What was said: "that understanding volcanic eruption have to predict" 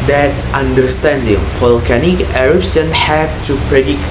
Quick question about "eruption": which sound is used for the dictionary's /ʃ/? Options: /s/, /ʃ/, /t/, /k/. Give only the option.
/s/